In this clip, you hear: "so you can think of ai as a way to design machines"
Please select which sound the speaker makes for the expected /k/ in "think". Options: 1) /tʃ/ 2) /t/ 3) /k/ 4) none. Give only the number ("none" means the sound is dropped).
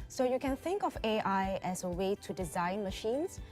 3